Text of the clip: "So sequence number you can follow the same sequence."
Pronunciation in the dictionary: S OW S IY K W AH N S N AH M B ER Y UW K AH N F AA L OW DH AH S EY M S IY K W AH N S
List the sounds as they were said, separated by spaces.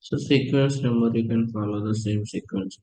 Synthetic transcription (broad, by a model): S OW S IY K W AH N S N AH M ER Y UW K AH N F AA L OW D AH S EY M S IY K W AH N S